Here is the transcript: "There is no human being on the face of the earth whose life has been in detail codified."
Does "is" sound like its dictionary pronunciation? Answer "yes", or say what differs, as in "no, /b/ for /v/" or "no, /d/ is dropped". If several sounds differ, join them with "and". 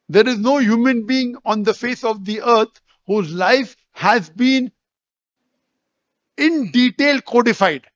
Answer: yes